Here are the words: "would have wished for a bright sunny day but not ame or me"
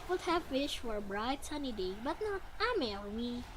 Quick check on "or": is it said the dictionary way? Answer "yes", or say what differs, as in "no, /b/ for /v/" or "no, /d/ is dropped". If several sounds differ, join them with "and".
no, /l/ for /ɹ/